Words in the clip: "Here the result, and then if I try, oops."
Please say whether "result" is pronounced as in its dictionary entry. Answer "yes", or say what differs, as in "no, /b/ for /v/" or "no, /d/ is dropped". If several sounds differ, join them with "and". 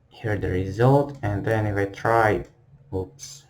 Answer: yes